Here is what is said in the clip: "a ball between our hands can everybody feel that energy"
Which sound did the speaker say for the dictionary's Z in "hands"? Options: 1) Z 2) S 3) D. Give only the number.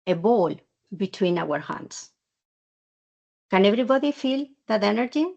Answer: 2